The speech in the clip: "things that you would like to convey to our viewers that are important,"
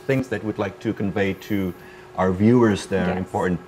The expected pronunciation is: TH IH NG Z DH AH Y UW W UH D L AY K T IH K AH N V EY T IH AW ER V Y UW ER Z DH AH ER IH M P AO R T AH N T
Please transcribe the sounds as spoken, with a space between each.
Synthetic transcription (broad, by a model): TH IH NG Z DH AH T W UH D L AY K T IH K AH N V EY T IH AW ER V Y UW ER Z DH AH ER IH M P AO R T N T